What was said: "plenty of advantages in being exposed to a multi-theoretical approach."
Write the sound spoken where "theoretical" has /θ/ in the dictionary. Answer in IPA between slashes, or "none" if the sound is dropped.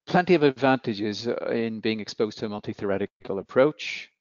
/θ/